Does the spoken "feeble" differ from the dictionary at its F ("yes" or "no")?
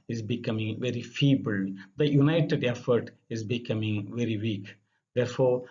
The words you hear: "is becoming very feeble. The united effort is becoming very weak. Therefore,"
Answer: no